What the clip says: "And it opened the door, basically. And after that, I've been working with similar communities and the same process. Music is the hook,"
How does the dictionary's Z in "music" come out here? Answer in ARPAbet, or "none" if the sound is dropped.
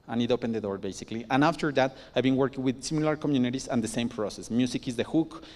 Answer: S